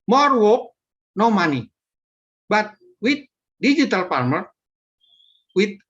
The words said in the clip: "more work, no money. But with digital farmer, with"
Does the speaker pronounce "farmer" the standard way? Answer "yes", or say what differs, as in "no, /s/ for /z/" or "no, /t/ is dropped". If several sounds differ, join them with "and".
no, /p/ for /f/